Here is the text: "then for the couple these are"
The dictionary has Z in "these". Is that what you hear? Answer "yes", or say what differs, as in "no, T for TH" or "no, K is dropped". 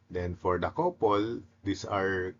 no, S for Z